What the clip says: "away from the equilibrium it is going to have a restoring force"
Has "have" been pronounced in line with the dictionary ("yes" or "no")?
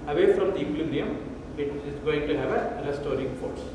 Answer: yes